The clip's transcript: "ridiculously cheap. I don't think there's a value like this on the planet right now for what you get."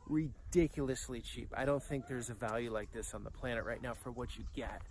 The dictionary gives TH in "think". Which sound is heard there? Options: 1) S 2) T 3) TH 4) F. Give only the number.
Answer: 3